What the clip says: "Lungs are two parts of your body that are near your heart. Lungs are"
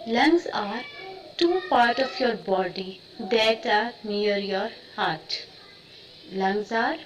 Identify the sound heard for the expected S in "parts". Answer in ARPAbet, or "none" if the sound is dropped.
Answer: none